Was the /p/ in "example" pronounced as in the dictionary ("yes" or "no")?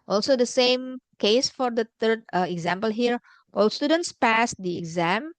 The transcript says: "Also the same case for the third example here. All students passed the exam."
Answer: yes